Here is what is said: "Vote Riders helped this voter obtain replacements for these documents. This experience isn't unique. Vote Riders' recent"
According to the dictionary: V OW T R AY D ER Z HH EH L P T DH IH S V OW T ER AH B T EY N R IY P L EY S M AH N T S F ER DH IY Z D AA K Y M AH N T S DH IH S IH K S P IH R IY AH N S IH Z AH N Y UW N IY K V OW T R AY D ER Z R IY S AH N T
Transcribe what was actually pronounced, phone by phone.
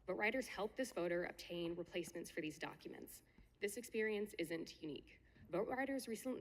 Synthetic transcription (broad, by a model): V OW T R AY D ER Z HH EH L P DH IH S V OW T ER AH B T EY N R IY P L EY S M AH N T S F ER DH IY Z D AA K Y M AH N T S DH IH S IH K S P IH R IY AH N S IH Z AH N Y UW N IY K V OW T R AY D ER Z R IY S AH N